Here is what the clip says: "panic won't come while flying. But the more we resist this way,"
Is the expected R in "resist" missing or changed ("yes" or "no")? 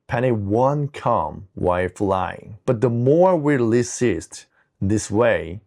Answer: yes